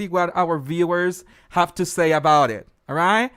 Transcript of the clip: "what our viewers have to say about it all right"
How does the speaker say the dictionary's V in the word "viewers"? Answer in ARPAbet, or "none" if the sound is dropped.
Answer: V